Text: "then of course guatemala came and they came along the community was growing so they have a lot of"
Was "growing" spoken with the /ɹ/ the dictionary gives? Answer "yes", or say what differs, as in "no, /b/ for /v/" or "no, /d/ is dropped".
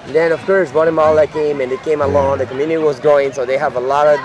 no, /ɹ/ is dropped